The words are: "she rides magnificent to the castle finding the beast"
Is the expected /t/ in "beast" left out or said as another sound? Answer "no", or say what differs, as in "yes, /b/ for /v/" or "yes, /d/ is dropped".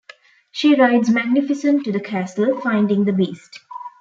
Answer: no